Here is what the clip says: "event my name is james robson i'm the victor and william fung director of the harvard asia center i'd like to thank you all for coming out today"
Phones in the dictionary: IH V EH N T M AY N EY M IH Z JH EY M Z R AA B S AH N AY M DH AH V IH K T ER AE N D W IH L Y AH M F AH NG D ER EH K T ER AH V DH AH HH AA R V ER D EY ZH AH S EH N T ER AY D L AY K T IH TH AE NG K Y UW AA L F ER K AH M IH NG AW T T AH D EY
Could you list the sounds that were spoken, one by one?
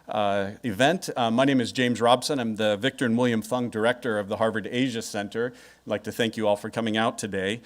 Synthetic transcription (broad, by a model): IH V EH N T M AY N EY M IH Z JH EY M Z R AA B S AH N AY M DH AH V IH K T ER N W IH L Y AH M F AH NG D ER EH K T ER AH V DH AH HH AA R V ER D EY ZH AH S EH N T ER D L AY K T IH TH AE NG K Y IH AA L F ER K AH M IH NG AW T T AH D EY